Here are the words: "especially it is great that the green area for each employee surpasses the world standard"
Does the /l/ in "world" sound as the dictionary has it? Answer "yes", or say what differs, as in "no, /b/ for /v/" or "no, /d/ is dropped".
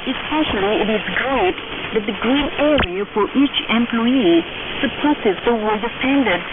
no, /l/ is dropped